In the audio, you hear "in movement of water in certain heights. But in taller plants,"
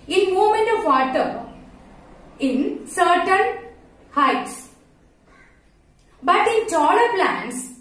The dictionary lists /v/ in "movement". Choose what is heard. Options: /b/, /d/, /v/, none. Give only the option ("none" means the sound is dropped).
none